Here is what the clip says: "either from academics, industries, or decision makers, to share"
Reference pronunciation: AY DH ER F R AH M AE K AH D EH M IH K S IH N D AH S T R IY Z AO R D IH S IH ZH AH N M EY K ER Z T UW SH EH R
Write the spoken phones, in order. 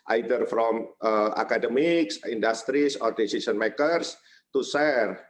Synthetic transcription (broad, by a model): AY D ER F R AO M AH K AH D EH M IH K S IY N D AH S T R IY S AO R D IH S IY S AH N M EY K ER S T UW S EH R